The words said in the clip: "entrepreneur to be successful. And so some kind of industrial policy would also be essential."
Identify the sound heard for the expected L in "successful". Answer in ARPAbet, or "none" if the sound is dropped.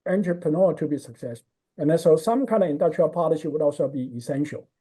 N